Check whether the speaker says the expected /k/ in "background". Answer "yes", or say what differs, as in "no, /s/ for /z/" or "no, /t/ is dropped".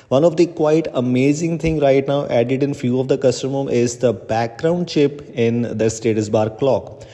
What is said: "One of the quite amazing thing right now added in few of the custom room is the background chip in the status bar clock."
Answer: yes